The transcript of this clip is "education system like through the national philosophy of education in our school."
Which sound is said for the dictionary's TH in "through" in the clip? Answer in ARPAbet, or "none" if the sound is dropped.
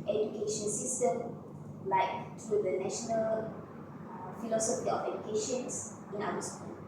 T